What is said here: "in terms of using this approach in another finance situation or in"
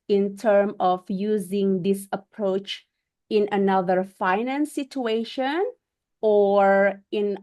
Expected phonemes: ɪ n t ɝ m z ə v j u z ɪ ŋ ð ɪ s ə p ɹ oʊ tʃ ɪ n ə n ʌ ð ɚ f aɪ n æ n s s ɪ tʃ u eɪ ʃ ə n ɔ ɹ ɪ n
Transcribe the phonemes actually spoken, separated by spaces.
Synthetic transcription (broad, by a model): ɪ n t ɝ m ə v j u z ɪ ŋ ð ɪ s ə p ɹ oʊ tʃ ɪ n ə n ʌ ð ɚ f aɪ n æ n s s ɪ tʃ u eɪ ʃ ə n ɔ ɹ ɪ n